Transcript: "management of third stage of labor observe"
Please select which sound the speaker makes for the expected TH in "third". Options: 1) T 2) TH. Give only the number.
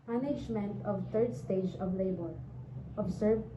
1